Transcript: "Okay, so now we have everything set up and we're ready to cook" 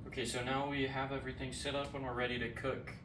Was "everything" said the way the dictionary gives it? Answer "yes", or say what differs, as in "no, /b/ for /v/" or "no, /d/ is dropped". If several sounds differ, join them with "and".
yes